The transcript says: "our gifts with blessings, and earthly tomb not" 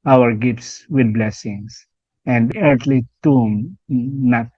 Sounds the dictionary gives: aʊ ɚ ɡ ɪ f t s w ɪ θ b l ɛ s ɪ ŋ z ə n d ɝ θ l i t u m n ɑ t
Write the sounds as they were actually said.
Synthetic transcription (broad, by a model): aʊ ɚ ɡ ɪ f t s w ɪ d b l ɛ s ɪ ŋ s ə n d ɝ t l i t u m n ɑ t